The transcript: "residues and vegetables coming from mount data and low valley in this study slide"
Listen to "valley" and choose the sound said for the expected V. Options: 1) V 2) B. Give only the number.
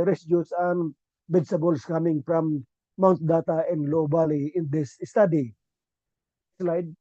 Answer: 2